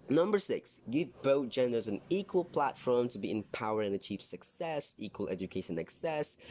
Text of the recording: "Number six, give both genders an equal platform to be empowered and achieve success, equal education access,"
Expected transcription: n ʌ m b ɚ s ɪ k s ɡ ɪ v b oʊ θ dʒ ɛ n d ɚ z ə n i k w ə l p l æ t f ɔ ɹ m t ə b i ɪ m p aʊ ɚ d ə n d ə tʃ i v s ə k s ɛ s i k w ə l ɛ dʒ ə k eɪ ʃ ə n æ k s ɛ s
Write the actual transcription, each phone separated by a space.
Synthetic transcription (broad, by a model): n ʌ m b ɚ s ɪ k s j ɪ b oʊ t dʒ ɛ n d ɚ z ə n i k w ə l p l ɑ t f ɔ ɹ m t ə b i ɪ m p aʊ ɚ ə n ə tʃ i p s ə k s ɛ s i k w ə l ɛ dʒ ə k eɪ ʃ ə n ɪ k s ɛ s